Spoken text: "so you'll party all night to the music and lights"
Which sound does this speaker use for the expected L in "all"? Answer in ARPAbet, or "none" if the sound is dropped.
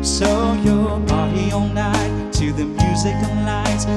N